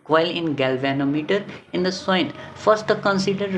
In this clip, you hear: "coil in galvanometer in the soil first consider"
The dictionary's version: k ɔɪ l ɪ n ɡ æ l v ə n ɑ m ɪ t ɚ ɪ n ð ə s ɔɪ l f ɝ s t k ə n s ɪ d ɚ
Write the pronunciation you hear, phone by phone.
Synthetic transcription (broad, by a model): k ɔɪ l ɪ n ɡ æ l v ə n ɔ m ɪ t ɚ ɪ n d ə s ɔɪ n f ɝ s t k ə n s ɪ d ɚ